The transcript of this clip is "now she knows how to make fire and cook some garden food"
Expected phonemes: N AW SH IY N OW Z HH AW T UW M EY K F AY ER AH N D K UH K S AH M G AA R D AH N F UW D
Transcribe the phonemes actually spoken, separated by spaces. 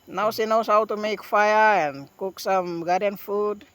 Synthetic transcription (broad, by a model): N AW S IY N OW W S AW T UW M EY K F AY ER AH N K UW K S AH M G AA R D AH N F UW D